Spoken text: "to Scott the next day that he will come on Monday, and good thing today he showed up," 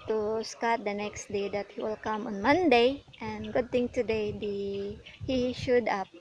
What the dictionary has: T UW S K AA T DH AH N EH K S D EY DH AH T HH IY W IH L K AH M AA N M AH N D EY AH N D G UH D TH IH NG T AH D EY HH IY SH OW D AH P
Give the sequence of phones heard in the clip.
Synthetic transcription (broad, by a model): T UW S K AA T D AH N EH K S D EY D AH T HH IY W IH L K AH M AA N M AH N D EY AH N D G UH D T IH NG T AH D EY HH IY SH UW D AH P